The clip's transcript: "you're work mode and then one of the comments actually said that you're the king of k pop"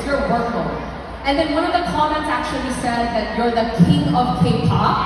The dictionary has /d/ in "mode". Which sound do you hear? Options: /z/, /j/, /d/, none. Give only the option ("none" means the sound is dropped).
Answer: none